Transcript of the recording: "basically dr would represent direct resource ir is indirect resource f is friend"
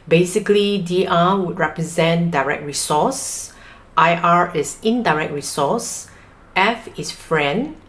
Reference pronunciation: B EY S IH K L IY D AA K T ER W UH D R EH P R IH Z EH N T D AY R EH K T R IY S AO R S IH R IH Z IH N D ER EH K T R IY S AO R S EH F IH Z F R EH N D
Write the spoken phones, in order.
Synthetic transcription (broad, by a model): B EY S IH K L IY D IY T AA W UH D R EH P R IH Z EH N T D AY R EH K T R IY S AO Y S IH R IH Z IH N D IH EH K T R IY S AO S EH F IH S F R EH N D